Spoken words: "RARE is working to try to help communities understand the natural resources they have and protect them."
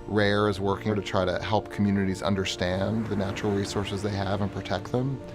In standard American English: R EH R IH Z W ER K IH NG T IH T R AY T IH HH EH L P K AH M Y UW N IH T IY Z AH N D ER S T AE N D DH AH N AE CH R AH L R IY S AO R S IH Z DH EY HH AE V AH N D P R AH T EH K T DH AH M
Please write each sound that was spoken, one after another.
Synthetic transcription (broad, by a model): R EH R IH Z W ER K IH T IH T R AY T IH HH EH L P K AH M Y UW N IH T IY Z AH N D ER S T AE N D DH AH N AE CH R L R IY S AO R S IH Z DH EY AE V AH N P R AH T EH K T DH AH M